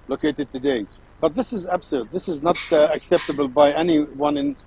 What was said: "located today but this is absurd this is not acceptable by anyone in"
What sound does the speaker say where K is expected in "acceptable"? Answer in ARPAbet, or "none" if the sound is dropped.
K